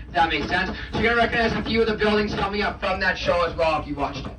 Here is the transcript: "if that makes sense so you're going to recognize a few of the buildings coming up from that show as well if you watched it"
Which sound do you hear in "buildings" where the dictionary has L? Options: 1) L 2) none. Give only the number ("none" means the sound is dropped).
1